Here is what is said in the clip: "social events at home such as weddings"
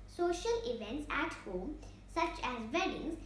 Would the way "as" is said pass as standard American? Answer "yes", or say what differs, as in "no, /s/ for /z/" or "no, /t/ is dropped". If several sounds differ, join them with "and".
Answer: yes